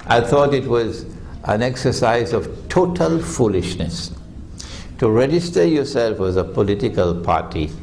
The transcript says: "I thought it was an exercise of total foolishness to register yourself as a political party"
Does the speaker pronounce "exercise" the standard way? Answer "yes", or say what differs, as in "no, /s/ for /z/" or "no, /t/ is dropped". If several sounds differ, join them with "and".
yes